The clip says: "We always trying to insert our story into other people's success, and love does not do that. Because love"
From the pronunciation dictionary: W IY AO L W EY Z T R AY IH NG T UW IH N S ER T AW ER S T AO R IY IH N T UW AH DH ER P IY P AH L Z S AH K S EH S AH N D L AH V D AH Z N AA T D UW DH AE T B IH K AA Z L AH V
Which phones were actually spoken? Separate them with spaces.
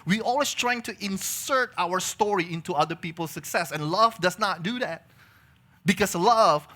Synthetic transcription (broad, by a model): W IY AO L W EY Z T R AY IH NG T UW IH N S ER T AW ER S T AO R IY IH N T UW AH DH ER P IY P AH L S AH K S EH S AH N L AH V D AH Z N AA T D UW DH AE T B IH K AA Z L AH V